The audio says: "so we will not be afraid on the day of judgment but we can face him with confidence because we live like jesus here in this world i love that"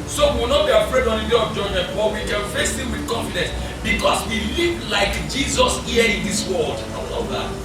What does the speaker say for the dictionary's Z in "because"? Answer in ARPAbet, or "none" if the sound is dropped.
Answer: S